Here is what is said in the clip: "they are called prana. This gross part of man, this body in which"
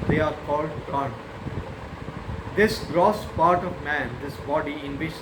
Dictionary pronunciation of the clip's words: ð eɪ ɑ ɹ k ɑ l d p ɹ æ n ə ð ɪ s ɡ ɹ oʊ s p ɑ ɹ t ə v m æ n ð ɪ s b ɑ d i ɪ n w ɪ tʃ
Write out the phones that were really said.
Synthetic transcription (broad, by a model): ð eɪ ɑ ɹ k ɑ l d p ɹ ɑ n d ɪ s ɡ ɹ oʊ s p ɑ ɹ t ə v m æ n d ɪ s b ɑ d i ɪ n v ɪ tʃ